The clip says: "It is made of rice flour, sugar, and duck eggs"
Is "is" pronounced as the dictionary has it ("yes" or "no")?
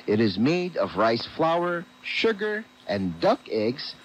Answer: yes